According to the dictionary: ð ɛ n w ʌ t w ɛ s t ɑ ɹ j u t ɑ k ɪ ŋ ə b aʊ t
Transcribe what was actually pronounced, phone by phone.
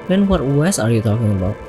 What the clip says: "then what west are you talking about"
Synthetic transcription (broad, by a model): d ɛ n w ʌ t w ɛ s ɑ ɹ j u t ɑ k ɪ ŋ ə b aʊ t